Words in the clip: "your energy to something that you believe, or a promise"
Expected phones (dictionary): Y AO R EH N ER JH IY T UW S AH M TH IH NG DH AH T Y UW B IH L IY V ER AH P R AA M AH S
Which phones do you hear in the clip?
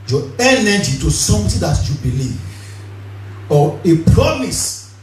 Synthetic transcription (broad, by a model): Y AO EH N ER JH IY T UW S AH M T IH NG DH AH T Y UW B IH L IY V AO AH P R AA M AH S